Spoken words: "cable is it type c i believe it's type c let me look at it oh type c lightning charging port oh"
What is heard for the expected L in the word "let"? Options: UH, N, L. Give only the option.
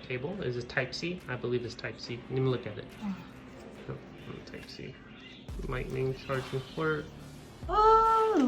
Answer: N